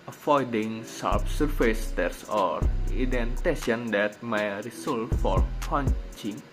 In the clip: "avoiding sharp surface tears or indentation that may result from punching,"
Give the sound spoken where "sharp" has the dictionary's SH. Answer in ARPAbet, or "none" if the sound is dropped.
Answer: S